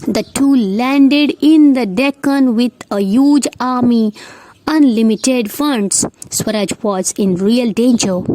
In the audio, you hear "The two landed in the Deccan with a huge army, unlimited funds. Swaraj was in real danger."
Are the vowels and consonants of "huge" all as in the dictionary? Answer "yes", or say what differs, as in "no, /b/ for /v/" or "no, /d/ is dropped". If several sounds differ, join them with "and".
yes